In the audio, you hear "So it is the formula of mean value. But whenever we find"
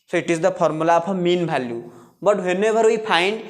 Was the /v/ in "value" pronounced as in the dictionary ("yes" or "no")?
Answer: no